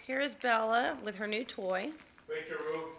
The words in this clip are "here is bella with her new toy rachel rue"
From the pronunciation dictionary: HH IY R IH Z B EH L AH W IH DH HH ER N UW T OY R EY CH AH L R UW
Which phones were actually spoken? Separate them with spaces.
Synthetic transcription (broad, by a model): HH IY R IH Z B EH L AH W IH DH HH ER N UW T OY W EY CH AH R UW